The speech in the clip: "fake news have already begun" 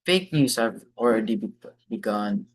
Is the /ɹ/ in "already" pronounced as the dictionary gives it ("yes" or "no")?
no